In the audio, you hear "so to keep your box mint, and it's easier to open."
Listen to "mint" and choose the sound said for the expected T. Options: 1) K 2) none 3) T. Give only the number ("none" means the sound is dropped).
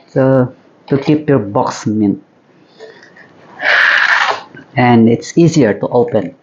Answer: 2